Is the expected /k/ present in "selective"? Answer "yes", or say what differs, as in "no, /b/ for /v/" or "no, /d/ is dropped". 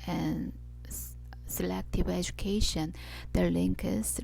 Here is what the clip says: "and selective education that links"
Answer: yes